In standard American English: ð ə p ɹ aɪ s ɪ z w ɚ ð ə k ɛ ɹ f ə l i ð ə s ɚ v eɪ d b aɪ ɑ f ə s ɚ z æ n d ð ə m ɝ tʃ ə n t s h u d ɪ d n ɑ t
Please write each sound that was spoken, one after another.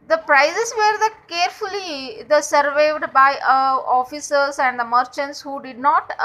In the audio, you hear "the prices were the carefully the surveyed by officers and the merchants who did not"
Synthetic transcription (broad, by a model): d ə p ɹ aɪ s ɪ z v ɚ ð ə k ɛ ɹ f ə l i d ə s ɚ v eɪ d b aɪ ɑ f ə s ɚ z æ n d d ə m ɝ tʃ ə n t s h u d ɪ d n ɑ t